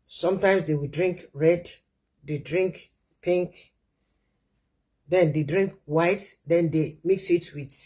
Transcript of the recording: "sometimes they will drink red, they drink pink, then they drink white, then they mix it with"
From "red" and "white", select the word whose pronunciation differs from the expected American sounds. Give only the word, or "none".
none